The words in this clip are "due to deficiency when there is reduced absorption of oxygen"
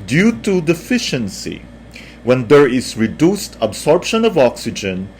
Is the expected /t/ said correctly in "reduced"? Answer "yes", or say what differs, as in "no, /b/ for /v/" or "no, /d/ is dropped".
yes